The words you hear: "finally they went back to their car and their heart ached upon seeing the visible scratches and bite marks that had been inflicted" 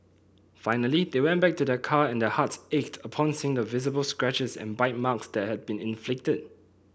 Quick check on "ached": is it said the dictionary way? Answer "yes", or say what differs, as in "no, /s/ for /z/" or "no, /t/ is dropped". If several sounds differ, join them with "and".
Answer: yes